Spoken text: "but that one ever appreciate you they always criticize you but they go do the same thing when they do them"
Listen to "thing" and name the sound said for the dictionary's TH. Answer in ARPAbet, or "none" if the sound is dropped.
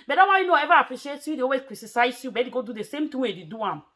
T